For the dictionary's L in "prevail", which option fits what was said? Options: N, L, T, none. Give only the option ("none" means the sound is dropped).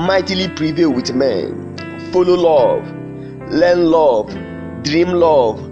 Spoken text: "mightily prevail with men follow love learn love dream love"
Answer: L